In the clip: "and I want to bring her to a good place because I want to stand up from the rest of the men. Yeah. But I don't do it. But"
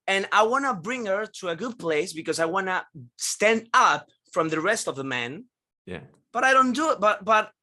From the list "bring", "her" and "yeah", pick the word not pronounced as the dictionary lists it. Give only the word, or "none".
none